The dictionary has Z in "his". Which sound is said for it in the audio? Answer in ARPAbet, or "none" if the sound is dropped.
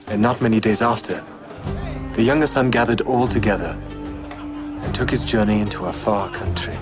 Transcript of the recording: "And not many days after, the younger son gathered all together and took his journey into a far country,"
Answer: Z